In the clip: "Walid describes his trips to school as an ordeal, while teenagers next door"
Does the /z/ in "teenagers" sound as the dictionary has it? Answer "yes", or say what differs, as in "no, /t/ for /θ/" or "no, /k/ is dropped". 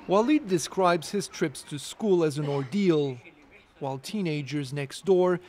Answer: yes